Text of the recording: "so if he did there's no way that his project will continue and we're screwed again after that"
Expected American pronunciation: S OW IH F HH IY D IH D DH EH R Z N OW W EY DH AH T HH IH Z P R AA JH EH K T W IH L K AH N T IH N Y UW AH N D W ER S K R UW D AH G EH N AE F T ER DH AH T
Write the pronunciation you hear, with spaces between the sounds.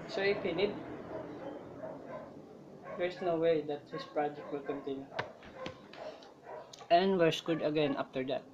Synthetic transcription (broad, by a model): S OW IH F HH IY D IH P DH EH R S N OW W EY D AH T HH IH S P R AA JH EH K T W IH L K AH N T IH N Y UW AH N D W ER S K UW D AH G EH N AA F T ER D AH T